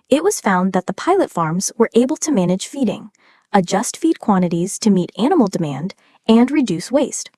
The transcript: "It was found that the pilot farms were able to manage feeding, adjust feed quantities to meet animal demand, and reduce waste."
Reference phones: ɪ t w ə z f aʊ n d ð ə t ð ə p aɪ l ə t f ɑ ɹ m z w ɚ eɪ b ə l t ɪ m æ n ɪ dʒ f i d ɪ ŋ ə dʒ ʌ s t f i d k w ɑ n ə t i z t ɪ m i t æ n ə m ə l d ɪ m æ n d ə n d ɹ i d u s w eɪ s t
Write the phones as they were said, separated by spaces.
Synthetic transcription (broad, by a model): ɪ t w ə z f aʊ n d ð ə t ð ə p aɪ l ə t f ɑ ɹ m z w ɚ eɪ b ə l t ɪ m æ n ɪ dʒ f i d ɪ ŋ ə dʒ ʌ s t f i d k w ɑ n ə t i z t ɪ m i t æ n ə m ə l d ɪ m æ n d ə n ɹ i d u s w eɪ s t